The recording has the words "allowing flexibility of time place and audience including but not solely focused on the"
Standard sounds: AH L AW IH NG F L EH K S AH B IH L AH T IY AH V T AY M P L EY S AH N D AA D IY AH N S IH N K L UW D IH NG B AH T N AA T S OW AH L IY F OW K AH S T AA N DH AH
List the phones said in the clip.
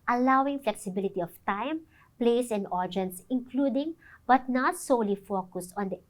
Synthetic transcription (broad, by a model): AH L AW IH NG F L EH K S AH B IH L AH T IY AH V T AY M P L EY S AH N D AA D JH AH N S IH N K L UW D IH NG B AH T N AA T S OW L IY F OW K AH S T AA N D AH